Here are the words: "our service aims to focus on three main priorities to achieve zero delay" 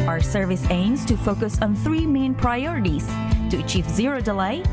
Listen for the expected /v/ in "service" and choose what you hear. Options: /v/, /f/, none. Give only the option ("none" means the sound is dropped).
/v/